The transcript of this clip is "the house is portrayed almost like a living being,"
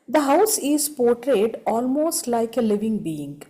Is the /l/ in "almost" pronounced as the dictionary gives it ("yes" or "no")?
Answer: yes